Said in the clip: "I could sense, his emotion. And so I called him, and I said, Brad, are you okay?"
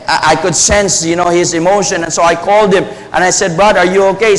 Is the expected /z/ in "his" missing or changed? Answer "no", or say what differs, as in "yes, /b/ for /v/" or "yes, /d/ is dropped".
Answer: no